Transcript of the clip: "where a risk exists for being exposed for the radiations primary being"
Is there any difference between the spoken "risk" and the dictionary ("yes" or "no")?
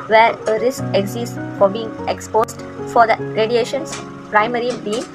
no